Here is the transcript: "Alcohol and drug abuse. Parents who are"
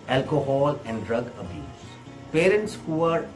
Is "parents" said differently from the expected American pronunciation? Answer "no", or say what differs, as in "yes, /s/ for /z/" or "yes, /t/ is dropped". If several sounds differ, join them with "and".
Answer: no